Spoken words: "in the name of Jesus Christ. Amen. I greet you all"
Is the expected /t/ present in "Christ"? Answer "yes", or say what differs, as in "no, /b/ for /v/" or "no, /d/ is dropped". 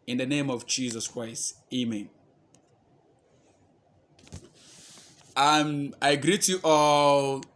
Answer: yes